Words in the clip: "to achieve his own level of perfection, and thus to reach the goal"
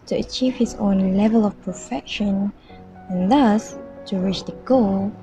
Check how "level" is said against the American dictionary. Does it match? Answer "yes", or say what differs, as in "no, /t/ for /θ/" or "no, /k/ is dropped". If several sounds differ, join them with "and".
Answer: yes